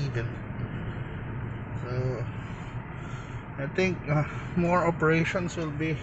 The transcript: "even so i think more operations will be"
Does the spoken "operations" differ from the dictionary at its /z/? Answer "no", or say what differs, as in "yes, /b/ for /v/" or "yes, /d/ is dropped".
yes, /s/ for /z/